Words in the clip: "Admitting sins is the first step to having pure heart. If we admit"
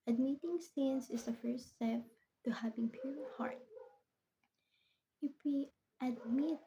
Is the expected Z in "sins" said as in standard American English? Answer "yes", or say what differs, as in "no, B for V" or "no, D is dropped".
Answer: no, S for Z